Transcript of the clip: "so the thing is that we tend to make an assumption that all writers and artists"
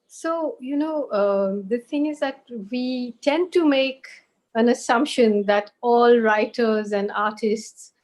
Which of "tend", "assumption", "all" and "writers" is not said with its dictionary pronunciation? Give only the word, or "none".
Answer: none